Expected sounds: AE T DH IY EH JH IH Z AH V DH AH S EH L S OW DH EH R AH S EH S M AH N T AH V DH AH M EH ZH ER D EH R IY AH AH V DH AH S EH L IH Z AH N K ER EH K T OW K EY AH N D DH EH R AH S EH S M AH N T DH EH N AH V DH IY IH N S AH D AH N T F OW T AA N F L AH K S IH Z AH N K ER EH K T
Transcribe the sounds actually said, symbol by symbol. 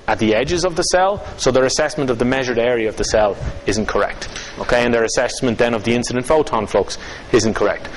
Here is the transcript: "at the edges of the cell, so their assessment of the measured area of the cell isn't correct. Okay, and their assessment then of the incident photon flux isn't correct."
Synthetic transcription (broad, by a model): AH T DH IY EH JH IH Z AH V DH AH S EH L S OW DH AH R AH S EH S M AH N T AH V DH AH M EH ZH ER D EH R IY AH AH V DH AH S EH L IH Z AH N K ER EH K T OW K EY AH N DH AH R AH S EH S M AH N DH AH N AH V DH IY IH N S AH D AH N T F OW T AA N F L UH K S IH Z AH N K ER EH K T